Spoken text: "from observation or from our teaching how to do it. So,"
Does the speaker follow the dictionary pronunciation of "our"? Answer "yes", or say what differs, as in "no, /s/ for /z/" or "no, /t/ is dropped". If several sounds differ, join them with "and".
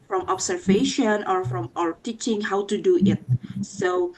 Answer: yes